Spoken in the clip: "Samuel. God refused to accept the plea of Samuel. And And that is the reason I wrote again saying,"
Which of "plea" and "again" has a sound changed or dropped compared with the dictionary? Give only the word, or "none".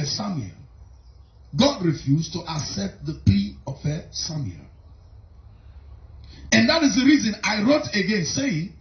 plea